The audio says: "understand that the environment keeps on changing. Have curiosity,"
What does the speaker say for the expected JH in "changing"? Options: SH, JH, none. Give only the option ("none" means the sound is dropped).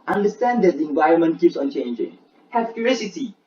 JH